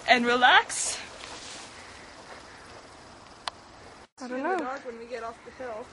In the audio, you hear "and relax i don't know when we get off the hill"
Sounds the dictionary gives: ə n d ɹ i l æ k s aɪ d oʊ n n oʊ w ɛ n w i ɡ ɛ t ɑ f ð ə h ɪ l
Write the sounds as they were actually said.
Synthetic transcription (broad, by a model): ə n ɹ i l æ k s aɪ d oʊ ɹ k w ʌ n w i ɡ ɛ t ɑ f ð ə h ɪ l